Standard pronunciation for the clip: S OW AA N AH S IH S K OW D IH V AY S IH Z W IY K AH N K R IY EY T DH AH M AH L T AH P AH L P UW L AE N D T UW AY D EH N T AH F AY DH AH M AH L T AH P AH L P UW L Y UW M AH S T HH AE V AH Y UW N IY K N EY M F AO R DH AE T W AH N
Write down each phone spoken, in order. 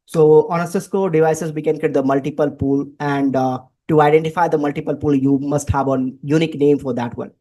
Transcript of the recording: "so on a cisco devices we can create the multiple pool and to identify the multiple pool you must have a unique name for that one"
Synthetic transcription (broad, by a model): S OW AA N AH S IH S K OW D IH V AY S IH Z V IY K AH N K IY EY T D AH M AH L T AH P AH L P UW L AE N D T UW AY D EH N T AH F AY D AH M AH L T AH P AH L P UW L Y UW M AH S T HH AE V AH Y UW N IY K N EY M F AO R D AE T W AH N